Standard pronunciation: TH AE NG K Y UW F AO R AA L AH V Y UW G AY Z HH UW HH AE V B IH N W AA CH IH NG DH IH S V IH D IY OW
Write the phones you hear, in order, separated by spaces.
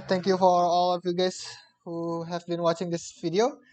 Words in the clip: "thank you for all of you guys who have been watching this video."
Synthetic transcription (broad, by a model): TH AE NG K Y UW F AO R AA L AH V Y UW G AY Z HH UW HH AE V B IH N W AA CH IH NG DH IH S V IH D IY OW